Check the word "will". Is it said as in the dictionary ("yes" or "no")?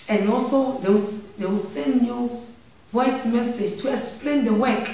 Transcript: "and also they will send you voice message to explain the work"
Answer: no